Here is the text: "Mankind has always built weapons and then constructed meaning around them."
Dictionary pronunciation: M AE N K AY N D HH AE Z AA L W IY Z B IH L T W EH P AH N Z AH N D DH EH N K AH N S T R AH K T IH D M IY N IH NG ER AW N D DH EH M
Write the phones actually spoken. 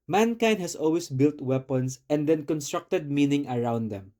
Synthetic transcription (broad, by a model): M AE N K AY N D HH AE S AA L W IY S B IH L T W EH P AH N S AH N D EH N K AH N S T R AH K T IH D M IY N IH NG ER AW N D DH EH M